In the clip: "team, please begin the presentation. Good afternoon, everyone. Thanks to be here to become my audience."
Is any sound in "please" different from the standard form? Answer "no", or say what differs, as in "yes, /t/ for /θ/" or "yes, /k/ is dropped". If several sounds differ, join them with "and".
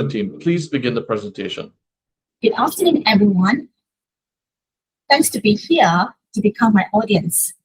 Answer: no